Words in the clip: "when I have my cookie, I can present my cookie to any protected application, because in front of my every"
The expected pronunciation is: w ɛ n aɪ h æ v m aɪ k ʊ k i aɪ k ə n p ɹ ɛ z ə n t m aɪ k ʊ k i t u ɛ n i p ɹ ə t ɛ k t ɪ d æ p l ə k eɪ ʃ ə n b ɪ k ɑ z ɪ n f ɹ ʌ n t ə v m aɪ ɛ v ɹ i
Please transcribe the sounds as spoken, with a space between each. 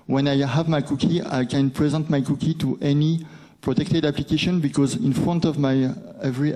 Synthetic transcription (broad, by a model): w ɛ n aɪ h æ v m aɪ k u k i aɪ k ə n p ɹ ɛ z ə n t m aɪ k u k i t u ɛ n i p ɹ ə t ɛ k t ɪ d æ p l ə k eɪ ʃ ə n b ɪ k ɑ z ɪ n f ɹ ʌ n t ə v m aɪ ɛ v ɹ i